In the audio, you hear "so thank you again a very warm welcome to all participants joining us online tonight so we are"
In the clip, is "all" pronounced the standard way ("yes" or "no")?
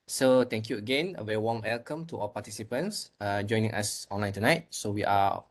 no